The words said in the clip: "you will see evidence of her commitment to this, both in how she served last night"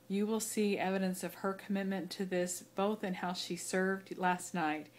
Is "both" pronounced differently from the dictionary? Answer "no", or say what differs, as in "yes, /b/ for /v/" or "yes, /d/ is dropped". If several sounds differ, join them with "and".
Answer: no